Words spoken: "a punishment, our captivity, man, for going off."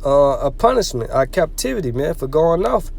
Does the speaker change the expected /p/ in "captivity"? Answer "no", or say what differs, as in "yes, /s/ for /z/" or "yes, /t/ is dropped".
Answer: no